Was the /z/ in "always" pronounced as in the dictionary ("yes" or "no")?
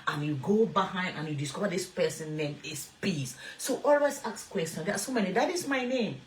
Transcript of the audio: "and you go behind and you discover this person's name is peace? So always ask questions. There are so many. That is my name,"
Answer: no